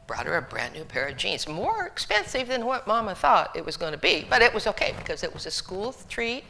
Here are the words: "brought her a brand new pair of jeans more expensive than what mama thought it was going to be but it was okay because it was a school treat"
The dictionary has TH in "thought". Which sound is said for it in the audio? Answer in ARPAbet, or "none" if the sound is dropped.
TH